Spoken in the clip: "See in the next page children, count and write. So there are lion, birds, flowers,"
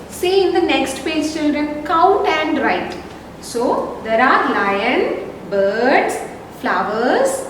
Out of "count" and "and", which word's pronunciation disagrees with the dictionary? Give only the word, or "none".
count